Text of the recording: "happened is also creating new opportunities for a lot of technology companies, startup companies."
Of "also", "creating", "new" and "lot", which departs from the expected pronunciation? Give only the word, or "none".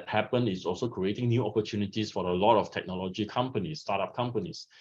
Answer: none